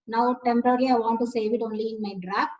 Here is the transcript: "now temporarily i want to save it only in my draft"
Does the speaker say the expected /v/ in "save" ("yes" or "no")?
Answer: yes